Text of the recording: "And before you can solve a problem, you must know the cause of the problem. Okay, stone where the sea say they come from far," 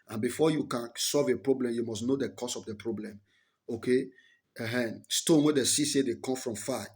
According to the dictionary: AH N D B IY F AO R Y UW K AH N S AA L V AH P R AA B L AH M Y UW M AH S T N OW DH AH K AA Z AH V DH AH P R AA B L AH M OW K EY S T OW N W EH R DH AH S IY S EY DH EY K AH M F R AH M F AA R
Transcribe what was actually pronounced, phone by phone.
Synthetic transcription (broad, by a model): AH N B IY F AO Y UW K AH N S AA L V AH P R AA B L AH M Y UW M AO S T N OW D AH K AA S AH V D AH P R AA B L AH M OW K EY S T OW N W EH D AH S IY S EY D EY K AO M F R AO M F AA